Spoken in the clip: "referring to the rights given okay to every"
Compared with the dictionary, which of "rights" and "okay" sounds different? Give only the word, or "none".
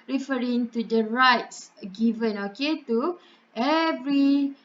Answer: none